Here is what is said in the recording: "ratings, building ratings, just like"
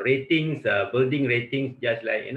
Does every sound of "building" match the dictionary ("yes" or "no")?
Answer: yes